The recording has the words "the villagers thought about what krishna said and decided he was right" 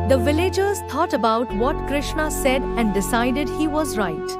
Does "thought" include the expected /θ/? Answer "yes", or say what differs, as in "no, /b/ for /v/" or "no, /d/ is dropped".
no, /t/ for /θ/